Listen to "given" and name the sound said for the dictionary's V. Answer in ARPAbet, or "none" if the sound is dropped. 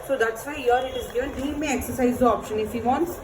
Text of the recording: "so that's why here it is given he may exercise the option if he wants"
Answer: none